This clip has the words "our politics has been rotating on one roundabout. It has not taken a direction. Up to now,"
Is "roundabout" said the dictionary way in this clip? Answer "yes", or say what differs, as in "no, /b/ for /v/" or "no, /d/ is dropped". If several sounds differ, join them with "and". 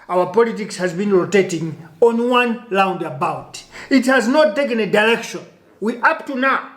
no, /l/ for /ɹ/